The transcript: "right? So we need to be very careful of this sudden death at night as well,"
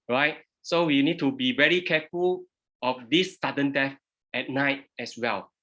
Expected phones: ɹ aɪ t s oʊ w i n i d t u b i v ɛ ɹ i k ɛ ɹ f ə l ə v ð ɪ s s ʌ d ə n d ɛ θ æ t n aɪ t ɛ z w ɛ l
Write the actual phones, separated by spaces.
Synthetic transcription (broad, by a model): ɹ aɪ t s oʊ w i n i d t u b i v ɛ ɹ i k ɛ f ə l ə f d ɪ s s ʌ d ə n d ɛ f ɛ t n aɪ t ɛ s w ɛ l